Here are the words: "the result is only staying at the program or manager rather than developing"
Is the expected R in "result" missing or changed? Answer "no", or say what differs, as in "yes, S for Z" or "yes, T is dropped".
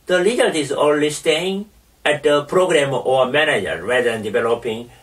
yes, L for R